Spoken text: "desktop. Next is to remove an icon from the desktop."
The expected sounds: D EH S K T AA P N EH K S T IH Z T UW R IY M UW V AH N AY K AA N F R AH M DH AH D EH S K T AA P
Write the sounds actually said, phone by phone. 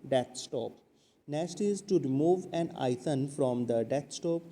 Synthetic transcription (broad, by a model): D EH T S T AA P N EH S T IH Z T UW R IY M UW V AH N AY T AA N F R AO M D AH D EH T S T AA P